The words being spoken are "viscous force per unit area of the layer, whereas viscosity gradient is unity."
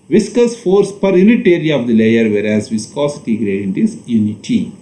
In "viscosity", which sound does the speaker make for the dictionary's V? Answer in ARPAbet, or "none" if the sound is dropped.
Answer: V